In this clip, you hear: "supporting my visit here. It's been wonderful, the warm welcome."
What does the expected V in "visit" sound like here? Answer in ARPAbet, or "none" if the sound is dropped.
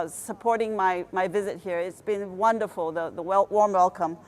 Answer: V